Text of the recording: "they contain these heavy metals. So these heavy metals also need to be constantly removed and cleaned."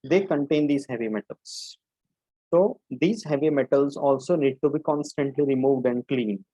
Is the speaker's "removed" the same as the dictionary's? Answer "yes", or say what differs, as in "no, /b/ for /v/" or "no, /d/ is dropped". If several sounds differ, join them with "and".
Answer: yes